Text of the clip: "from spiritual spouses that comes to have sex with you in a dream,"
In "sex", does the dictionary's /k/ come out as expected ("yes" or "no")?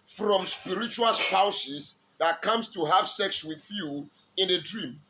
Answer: yes